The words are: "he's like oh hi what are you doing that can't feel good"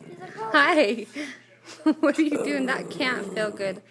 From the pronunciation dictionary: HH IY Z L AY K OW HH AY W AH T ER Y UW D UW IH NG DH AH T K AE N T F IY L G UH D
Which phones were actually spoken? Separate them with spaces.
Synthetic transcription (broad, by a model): HH AY IH W AH T ER Y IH D UW IH NG DH AH T K AE N T F IY L G UH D